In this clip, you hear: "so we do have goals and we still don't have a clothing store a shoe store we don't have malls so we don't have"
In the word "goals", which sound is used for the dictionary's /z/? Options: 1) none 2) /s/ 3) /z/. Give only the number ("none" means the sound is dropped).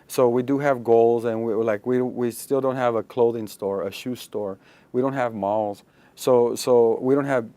3